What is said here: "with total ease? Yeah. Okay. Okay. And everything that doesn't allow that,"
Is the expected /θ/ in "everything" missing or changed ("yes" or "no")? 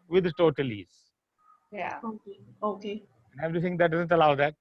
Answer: yes